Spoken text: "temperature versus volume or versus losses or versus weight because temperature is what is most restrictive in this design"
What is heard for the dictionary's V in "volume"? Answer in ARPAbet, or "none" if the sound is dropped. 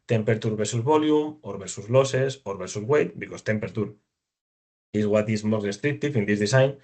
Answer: B